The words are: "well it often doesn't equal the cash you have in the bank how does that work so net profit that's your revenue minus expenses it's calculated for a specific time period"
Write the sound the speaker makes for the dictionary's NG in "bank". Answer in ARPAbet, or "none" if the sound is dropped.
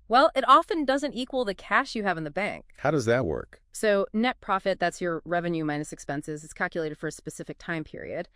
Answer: NG